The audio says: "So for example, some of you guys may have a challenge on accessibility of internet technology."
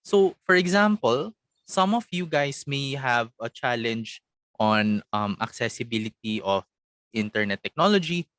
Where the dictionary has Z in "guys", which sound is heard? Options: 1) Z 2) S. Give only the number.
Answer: 2